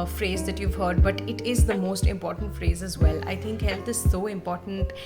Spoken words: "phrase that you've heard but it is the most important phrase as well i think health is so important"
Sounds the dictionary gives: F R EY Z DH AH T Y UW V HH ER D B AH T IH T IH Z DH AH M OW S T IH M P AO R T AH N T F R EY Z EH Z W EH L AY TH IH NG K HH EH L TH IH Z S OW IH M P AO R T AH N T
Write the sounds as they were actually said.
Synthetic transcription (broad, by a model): F R EY Z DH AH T Y UW V HH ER D B AH T IH T IH Z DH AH M OW S T IH M P AO R T AH N T F R EY Z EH Z W EH L AY T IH NG K HH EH L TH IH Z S OW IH M P AO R T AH N T